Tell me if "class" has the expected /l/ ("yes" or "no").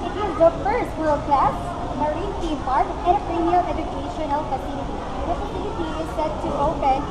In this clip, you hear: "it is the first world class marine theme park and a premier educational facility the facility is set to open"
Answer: yes